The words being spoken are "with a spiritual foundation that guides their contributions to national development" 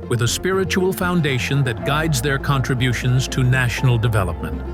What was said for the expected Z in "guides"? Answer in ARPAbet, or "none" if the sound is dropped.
Z